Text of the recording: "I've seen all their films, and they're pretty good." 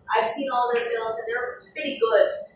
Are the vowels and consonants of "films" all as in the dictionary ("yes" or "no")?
yes